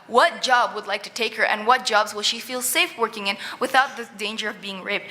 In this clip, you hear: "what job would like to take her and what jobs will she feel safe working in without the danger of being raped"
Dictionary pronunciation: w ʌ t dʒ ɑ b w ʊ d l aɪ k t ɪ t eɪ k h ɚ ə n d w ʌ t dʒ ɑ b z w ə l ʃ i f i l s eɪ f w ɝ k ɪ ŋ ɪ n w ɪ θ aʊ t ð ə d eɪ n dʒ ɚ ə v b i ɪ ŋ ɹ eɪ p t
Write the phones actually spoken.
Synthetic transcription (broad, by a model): w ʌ t dʒ ɑ b w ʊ d l aɪ k t ɪ t eɪ k h ɚ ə n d w ʌ t dʒ ɑ b z w ə l ʃ i f i l s eɪ f w ɝ k ɪ ŋ ɪ n w ɪ θ aʊ t ð ə d eɪ n dʒ ɚ ə v b i ɪ ŋ ɹ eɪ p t